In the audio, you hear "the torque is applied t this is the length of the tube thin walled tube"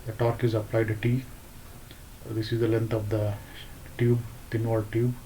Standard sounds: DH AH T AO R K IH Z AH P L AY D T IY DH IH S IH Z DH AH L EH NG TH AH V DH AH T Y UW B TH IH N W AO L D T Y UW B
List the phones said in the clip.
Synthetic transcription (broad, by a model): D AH T AO R K IH Z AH P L AY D T IY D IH S IH Z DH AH L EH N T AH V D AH T Y UW B T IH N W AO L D T Y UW B